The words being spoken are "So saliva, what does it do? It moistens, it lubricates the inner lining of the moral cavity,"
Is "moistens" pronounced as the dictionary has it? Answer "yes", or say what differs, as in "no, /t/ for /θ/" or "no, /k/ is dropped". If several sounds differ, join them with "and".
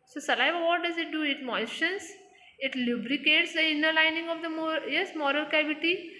no, /ʃ/ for /s/